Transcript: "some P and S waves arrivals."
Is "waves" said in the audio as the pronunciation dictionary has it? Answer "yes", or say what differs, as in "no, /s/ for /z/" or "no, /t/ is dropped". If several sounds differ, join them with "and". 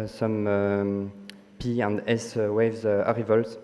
yes